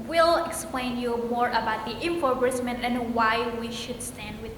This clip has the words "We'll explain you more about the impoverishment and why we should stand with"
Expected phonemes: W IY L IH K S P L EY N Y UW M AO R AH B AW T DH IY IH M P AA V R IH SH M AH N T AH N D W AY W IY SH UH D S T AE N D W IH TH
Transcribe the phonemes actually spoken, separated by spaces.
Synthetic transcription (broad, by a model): W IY L IH K S P L EY N Y UW M AO R AH B AW T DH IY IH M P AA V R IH S M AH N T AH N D W AY W IY SH UH D S T AE N D W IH